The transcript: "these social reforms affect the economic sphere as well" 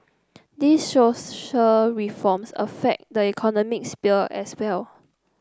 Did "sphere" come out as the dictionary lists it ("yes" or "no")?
no